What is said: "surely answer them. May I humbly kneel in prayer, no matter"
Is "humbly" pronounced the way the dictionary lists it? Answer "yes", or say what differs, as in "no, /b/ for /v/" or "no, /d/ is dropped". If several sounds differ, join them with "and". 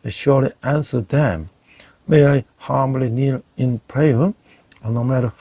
no, /b/ is dropped